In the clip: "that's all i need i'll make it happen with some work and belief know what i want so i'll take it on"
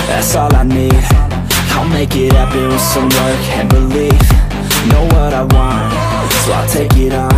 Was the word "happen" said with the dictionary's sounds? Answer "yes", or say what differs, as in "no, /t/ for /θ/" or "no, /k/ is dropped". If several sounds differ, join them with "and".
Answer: no, /p/ is dropped